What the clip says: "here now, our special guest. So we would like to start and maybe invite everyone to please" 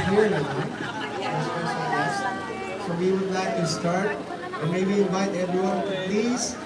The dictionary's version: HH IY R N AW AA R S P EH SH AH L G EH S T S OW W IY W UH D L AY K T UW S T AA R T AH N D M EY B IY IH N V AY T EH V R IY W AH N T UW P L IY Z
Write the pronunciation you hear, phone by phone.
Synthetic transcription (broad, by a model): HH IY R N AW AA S EH S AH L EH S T S OW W IY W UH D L AY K T UW S T AA R T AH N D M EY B IY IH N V AY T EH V R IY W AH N T UW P L IY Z